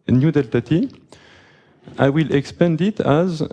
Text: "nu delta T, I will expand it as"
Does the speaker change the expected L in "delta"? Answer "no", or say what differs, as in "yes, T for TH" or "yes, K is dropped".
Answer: no